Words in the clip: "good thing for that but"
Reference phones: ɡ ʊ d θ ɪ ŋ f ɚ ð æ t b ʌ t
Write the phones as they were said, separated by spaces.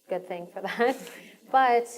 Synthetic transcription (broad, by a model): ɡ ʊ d θ ɪ ŋ f ɚ ð æ t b ʌ t